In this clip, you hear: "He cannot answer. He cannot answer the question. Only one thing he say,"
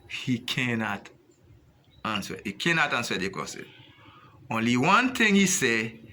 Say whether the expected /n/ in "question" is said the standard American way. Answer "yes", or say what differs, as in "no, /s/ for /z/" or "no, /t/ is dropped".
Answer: no, /n/ is dropped